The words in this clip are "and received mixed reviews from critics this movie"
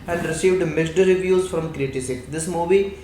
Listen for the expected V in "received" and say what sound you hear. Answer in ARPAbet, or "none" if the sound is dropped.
V